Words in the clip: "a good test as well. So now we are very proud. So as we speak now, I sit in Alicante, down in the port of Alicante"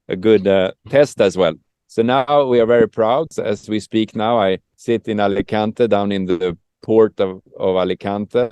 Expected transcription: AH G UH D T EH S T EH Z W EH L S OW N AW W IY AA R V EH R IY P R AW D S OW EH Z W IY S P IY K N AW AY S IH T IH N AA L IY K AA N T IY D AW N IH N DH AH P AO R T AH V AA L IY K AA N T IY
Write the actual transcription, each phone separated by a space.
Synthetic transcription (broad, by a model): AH G UH D T EH S T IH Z W EH L S OW N AW W IY AA R V EH R IY P R AW D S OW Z W IY S P IY K N AW AY S IH T IH N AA L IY K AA N T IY D AW N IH N DH AH P AO R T AH V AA L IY K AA N T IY